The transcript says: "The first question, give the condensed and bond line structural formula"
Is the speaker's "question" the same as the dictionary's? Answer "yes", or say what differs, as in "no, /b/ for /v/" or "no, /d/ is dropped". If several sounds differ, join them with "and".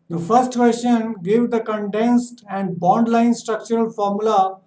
no, /ʃ/ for /tʃ/